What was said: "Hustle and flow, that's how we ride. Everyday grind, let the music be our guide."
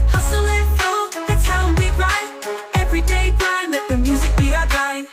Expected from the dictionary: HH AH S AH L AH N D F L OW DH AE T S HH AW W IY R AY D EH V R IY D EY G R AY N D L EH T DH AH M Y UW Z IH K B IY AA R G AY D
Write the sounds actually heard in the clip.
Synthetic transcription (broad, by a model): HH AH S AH L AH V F OW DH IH T AW W IY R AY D EH V R IY D EY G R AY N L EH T DH AH M Y UW Z IH K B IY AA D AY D